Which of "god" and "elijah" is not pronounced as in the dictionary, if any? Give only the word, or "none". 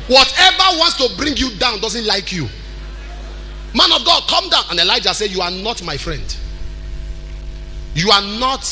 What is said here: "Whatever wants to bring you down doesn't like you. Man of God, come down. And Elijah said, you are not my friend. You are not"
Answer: none